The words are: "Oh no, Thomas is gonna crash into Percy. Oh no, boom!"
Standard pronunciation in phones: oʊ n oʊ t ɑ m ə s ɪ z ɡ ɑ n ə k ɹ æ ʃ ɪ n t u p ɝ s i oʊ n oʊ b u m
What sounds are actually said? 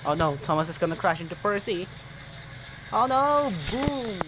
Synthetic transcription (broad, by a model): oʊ n oʊ t ɑ m ə s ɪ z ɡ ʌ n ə k ɹ æ ʃ ɪ n t u p ɝ s i oʊ n oʊ b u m